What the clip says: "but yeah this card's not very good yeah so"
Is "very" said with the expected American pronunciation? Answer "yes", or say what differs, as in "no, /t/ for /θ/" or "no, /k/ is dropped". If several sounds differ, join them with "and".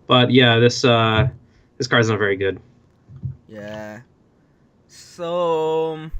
yes